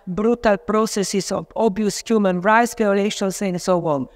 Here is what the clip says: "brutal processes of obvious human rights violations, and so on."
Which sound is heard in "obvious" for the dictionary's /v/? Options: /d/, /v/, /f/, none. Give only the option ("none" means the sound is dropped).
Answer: none